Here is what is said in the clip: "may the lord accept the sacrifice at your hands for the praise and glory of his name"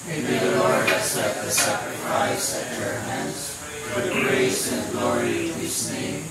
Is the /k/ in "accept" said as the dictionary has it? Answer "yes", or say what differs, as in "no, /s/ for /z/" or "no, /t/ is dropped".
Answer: no, /k/ is dropped